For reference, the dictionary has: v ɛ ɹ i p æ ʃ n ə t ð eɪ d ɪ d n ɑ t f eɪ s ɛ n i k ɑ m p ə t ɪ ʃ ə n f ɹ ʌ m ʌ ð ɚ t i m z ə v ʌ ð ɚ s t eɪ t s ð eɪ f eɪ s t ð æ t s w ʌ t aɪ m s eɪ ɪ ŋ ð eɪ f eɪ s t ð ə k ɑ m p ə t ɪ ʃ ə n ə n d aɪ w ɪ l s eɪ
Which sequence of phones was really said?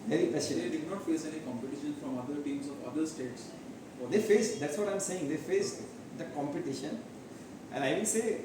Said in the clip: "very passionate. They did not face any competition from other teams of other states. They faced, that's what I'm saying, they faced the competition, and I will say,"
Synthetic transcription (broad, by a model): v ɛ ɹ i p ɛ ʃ ə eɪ d ɪ d n ɑ t f eɪ s ɛ n i k ɑ m p ə t ɪ ʃ ə n f ɹ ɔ m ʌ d ɚ t i m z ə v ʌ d ɚ s t eɪ t s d eɪ f eɪ s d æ t s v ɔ t aɪ m s eɪ ɪ ŋ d eɪ f eɪ s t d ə k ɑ m p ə t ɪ ʃ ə n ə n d aɪ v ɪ n s eɪ